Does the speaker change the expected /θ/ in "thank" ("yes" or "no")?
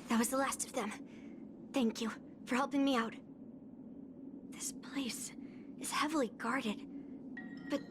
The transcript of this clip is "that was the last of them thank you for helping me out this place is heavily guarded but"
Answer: no